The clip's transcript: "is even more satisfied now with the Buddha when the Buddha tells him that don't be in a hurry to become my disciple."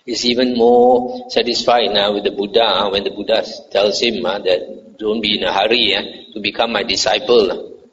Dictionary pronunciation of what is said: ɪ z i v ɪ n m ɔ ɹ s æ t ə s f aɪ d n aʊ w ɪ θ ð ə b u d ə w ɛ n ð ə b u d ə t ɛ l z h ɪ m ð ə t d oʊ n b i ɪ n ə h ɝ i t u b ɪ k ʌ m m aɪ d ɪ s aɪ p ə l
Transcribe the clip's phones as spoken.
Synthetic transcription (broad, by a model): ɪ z i v ɪ n m ɔ s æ t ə s f aɪ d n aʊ w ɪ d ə b u d ə w ɛ n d ə b u d ə t ɛ l s h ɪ m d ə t d oʊ n b i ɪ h ə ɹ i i t u b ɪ k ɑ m m aɪ d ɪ s aɪ p ə l